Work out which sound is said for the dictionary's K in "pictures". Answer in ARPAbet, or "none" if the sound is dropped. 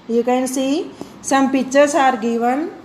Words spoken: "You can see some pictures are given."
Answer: none